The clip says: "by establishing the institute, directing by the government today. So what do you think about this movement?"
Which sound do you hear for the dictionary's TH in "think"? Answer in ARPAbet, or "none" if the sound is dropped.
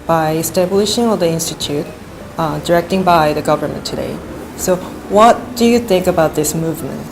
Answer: TH